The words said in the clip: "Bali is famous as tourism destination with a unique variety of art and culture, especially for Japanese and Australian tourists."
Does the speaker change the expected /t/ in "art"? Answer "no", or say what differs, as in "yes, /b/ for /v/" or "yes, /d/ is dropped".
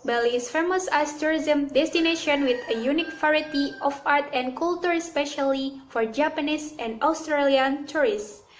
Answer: no